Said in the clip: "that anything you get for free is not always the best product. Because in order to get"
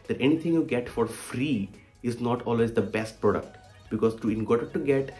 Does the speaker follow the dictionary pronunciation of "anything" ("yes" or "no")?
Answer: no